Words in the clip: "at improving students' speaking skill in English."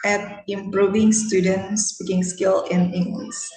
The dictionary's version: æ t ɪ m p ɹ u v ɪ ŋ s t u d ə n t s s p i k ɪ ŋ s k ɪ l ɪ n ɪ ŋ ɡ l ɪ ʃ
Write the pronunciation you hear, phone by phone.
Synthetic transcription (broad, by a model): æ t ɪ m p ɹ u v ɪ ŋ s t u d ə n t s s p i k ɪ ŋ s k ɪ l ɪ n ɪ ŋ ɡ l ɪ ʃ